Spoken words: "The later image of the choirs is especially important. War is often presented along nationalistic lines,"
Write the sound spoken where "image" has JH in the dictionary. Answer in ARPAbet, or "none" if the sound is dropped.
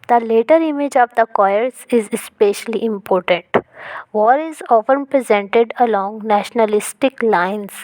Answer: JH